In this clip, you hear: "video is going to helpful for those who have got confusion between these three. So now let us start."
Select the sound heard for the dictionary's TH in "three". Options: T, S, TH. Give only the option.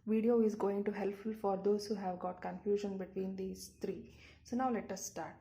T